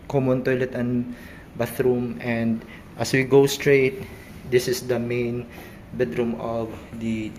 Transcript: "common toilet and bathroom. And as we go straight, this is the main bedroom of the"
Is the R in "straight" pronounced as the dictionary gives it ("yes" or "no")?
yes